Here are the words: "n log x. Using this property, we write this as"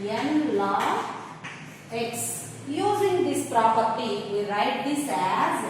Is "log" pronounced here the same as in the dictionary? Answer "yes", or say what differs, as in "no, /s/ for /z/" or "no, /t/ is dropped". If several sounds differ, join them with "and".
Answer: no, /ɡ/ is dropped